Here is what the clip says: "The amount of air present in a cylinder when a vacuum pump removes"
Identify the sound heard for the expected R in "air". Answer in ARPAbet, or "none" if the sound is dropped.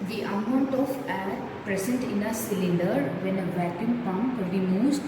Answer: L